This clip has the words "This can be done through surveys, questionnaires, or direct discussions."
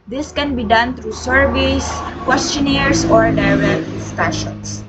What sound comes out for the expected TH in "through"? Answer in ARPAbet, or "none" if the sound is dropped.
T